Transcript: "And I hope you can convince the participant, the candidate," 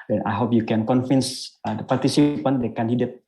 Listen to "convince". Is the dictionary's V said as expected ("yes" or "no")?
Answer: no